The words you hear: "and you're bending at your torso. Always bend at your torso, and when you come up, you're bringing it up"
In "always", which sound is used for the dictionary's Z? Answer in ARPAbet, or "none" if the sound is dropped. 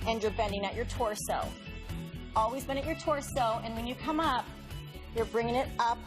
Z